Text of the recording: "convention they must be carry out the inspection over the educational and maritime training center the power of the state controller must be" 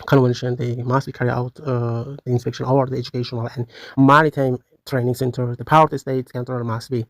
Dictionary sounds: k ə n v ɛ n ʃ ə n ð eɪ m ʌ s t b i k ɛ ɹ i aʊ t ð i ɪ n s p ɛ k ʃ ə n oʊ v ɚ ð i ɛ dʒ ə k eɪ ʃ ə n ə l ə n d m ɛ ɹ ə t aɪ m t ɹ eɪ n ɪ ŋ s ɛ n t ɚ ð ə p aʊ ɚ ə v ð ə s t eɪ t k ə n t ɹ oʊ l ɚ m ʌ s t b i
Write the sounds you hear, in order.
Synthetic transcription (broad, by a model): k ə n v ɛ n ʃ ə n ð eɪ m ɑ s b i k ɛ ɹ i aʊ t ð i ɪ n s p ɛ k ʃ ə n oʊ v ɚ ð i ɛ dʒ ə k eɪ ʃ ə n ə l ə n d m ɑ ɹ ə t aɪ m t ɹ eɪ n ɪ ŋ s ɛ n t ɚ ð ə p aʊ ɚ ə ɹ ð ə s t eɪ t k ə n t oʊ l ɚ m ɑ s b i